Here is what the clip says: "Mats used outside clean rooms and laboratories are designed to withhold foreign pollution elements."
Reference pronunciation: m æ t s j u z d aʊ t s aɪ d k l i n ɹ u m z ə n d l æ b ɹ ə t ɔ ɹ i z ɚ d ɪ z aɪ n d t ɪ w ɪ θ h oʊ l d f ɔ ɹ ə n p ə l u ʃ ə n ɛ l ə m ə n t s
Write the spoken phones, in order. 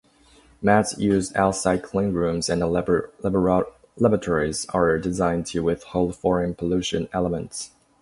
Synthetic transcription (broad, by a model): m æ t s j u z d aʊ t s aɪ d k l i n ɹ u m z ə n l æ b l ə t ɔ ɹ i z ɚ d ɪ z aɪ n t ɪ w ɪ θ h oʊ l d f ɔ ɹ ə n p ə l u ʃ ə n ɛ l ə m ə n t s